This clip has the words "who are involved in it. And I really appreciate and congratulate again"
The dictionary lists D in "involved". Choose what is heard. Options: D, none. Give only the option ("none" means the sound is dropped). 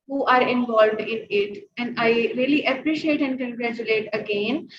D